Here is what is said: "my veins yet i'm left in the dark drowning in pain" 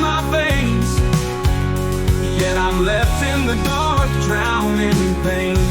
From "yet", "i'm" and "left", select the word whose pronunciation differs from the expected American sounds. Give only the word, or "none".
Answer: none